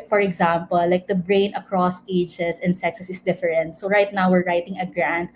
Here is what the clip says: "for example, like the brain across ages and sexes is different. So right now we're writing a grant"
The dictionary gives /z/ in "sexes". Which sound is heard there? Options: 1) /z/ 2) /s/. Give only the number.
2